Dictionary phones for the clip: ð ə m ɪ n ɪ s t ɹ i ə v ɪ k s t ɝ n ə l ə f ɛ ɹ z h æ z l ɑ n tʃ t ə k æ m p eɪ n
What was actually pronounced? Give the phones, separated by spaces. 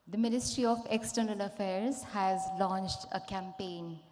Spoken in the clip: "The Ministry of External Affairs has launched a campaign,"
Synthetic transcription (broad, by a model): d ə m ɪ n ɪ s t ɹ i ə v ɪ k s t ɝ n ə l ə f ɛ ɹ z h æ z l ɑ n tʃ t ə k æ m p eɪ n